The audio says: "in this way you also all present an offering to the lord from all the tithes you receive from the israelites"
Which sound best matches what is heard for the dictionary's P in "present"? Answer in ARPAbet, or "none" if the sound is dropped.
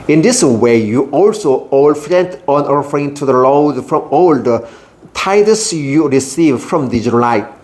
F